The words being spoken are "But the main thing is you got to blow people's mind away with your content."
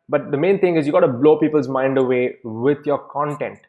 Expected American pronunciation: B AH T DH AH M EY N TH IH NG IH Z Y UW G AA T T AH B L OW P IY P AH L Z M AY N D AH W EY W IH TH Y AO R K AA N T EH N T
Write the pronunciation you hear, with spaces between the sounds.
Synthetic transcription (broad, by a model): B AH T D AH M EY N T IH NG IH Z Y UW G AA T T AH B L OW P IY P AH L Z M AY N D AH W EY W IH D Y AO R K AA N T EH N T